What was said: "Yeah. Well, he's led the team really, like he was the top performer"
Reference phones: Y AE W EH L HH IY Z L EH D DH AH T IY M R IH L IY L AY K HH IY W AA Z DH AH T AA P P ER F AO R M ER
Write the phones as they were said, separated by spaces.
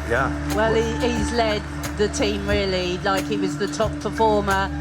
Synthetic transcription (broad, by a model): Y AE W EH L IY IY Z L EH D DH AH T IY M R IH L IY L AY K HH IY W AA Z DH AH T AA P P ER F AO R M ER